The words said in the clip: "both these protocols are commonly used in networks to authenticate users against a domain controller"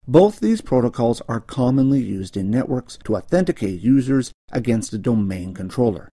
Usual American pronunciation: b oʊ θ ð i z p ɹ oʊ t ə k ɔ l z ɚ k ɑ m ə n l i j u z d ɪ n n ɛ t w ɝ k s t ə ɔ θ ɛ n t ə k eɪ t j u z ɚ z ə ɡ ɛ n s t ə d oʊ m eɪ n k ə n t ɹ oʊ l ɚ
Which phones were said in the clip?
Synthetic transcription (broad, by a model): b oʊ θ ð i z p ɹ oʊ t ə k ɔ l z ɚ k ɑ m ə n l i j u z d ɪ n n ɛ t w ɝ k s t ə ɔ θ ɛ n t ə k eɪ t j u z ɚ z ə ɡ ɛ n s t ə d oʊ m eɪ n k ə n t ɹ oʊ l ɚ